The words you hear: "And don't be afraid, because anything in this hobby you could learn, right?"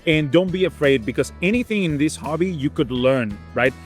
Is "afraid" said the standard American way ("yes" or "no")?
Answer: yes